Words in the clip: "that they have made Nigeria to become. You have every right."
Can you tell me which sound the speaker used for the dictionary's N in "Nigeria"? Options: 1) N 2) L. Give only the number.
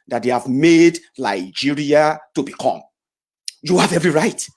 2